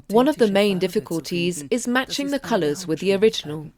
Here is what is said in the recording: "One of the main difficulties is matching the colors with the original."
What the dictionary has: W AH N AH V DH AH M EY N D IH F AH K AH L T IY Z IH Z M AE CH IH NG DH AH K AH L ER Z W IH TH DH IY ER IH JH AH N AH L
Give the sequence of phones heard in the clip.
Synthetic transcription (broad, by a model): W AH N AH V DH AH M EY N D IH F AH K AH L T IY Z IH Z M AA CH IH NG DH AH K AH L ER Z W IH DH IY ER IH JH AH N AH L